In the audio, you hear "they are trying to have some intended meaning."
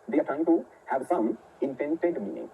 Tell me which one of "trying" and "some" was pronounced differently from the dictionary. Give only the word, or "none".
trying